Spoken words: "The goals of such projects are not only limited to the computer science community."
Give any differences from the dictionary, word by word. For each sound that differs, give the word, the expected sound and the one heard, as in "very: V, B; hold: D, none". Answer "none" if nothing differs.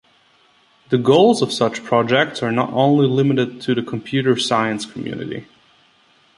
none